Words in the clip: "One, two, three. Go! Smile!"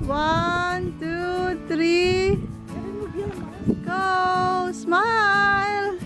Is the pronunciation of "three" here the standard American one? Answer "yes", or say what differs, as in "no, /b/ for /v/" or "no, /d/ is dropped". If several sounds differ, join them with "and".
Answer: no, /t/ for /θ/